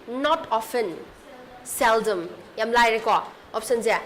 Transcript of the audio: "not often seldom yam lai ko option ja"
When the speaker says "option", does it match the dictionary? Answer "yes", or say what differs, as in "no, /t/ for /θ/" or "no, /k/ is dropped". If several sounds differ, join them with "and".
no, /s/ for /ʃ/